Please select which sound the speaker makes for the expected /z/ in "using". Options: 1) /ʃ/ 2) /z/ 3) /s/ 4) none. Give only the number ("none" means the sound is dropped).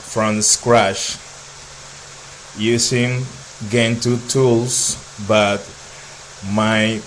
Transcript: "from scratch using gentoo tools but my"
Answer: 3